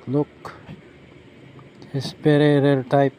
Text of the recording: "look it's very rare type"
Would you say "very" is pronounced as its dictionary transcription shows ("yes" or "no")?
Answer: no